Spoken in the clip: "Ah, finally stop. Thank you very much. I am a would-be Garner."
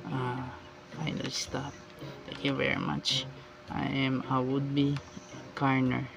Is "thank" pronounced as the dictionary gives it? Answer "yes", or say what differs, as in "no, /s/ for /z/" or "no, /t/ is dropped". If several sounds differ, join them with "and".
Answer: no, /t/ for /θ/